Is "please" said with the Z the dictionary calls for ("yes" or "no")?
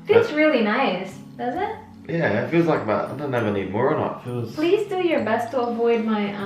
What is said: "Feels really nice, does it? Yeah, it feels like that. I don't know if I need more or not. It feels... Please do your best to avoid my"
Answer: yes